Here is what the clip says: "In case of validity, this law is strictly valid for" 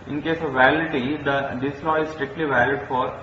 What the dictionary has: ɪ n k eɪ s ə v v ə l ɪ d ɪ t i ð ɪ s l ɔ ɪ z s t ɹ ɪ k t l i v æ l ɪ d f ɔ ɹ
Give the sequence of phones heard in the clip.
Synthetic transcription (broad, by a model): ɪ n k eɪ s ə v v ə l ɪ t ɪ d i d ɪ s l ɔ ɪ z s t ɹ ɪ k t l i v æ l ɪ d f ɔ ɹ